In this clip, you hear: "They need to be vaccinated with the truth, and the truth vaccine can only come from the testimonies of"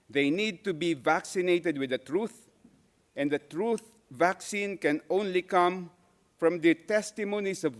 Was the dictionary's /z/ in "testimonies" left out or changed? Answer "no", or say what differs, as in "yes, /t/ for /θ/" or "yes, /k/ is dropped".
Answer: yes, /s/ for /z/